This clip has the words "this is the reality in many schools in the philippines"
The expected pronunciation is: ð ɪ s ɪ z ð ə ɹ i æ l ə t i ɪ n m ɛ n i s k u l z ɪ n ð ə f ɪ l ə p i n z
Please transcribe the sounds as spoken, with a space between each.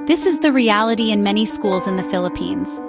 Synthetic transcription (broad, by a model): ð ɪ s ɪ z ð ə ɹ i æ l ə t i ɪ n m ɛ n i s k u l z ɪ n ð ə f ɪ l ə p i n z